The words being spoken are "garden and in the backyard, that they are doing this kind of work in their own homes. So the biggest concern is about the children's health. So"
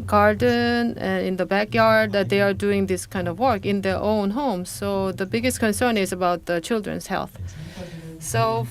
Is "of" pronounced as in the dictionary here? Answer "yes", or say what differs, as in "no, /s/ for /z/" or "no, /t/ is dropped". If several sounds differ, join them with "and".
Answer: yes